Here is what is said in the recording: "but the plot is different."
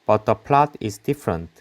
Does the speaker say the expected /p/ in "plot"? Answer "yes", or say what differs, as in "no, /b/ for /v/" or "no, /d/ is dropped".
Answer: yes